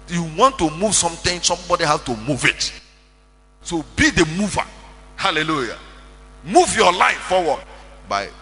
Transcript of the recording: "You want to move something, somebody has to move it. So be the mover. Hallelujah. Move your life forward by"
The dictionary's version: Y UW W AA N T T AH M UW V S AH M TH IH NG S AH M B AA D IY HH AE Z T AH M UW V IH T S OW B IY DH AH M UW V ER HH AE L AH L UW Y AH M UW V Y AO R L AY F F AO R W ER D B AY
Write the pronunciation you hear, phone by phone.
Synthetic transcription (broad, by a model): Y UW W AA N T T AH M UW V S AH M T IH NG S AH M B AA D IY HH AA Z T AH M UW V IH T S OW B IY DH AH M UW V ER HH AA L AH L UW Y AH M UW V Y AO L AY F F AO W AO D B AY